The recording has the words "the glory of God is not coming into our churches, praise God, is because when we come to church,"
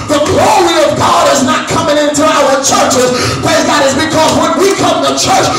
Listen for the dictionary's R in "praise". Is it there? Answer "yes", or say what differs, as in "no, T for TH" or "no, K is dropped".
no, R is dropped